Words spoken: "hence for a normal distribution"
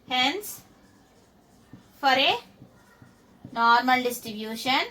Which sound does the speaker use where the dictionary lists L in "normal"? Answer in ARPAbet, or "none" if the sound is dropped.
L